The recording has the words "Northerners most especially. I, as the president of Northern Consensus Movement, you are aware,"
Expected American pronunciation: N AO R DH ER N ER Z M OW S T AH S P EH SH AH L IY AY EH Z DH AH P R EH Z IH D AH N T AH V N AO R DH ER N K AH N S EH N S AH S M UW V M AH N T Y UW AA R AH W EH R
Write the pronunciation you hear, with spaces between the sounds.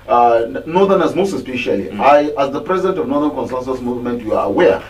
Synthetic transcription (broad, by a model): N AO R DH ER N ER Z M OW S T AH S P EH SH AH L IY AY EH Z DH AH P R EH Z IH D AH N T AH V N AO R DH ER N K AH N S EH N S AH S M UW V M AH N T Y UW AA R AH W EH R